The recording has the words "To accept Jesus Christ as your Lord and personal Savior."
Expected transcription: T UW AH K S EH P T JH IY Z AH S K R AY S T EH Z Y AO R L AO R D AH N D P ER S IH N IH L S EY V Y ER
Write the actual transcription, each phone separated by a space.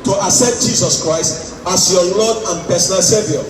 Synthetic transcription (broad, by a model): T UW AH S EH T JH IY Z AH S K R AY S T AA S Y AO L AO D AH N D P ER S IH N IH L S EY V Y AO